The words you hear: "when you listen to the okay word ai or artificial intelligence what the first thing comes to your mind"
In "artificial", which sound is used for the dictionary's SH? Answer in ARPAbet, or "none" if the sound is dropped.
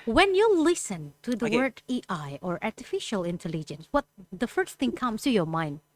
SH